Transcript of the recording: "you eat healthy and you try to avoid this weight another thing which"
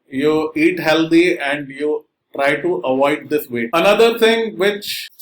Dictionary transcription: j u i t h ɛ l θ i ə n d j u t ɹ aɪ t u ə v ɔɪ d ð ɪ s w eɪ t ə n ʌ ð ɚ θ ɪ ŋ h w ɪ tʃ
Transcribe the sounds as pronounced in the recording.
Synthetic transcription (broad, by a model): j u i t h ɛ l t i ə n d j u t ɹ aɪ t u ə v ɔɪ d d ɪ s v eɪ ə n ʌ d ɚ t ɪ ŋ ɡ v ɪ tʃ